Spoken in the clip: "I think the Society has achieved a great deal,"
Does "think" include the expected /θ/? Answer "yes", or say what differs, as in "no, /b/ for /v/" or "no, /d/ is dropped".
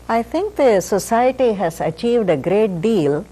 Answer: no, /t/ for /θ/